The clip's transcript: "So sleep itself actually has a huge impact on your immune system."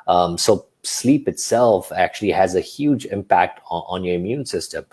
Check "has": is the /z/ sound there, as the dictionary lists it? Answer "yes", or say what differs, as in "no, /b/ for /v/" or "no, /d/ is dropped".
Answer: yes